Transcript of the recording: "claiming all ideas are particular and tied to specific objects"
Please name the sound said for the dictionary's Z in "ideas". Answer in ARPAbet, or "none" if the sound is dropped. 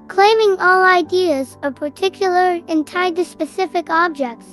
Z